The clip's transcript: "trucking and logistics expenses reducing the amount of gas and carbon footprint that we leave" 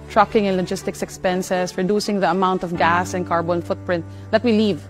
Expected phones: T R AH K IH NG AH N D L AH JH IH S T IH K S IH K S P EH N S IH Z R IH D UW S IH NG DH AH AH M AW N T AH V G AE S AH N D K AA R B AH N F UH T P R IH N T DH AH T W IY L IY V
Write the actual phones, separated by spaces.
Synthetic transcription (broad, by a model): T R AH K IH NG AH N L AH JH IH S T IH K S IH K S P EH N S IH S R IH D UW S IH NG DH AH AH M AW N T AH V G AE S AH N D K AA R B AH N F UH T P R IH N T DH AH T W IY L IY V